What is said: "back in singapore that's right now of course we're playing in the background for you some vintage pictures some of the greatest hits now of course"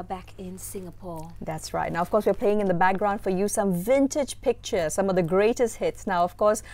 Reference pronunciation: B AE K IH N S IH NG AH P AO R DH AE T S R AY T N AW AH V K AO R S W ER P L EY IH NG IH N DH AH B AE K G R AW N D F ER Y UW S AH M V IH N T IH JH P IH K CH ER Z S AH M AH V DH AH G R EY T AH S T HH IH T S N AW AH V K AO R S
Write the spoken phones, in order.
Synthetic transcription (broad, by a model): B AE K IH N S IH NG AH P AO R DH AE T S R AY T N AW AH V K AO R S W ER P L EY IH NG IH N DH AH B AE K G R AW N D F ER Y UW S AH M V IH N T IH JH P IH K CH ER S AH M AH V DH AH G R EY T AH S T HH IH T S N AW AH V K AO R S